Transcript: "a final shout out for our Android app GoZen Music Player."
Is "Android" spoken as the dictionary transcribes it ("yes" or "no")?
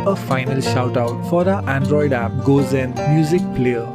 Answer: yes